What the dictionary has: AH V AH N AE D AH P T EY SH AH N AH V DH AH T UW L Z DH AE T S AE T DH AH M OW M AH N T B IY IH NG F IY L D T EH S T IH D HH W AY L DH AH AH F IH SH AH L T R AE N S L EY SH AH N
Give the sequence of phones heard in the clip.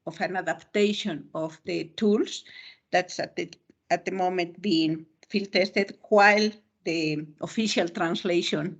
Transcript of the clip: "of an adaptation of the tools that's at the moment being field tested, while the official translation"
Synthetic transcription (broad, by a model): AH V AH N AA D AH P T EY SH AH N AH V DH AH T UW L S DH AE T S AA T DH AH M OW M AH N T B IY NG F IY L T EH S T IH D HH W AY L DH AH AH F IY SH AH L T R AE N S L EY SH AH N